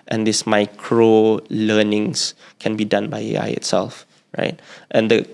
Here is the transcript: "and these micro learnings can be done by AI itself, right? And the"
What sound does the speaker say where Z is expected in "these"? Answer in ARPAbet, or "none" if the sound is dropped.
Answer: S